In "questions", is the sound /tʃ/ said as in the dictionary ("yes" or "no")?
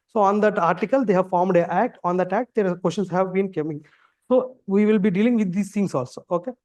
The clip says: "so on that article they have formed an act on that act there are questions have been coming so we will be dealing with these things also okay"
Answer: no